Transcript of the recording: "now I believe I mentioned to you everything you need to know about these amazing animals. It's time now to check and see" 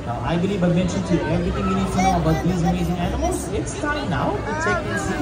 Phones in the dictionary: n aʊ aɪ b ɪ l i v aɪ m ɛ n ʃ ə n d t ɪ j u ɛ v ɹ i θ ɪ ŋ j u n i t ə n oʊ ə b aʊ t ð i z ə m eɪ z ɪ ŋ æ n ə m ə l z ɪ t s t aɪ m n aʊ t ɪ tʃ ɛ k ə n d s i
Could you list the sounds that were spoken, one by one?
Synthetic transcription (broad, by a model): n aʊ aɪ b ɪ l i v aɪ m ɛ n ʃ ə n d t ɪ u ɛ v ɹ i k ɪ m j u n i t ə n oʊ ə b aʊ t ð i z ə m eɪ z ɪ ŋ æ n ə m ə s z ɪ t s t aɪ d n aʊ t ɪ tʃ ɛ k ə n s